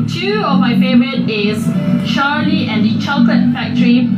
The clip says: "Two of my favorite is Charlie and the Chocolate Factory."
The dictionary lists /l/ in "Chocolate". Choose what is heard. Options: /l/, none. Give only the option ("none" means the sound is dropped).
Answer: none